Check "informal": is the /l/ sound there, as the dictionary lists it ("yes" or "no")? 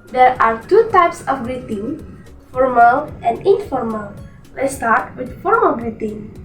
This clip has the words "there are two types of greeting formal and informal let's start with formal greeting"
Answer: yes